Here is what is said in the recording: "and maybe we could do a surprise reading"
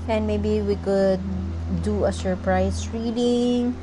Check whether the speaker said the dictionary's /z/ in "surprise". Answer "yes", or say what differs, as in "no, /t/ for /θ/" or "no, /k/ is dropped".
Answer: no, /s/ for /z/